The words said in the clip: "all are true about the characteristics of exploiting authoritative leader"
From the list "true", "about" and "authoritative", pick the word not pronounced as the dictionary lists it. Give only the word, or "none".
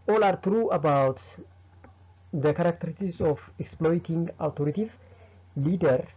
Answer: authoritative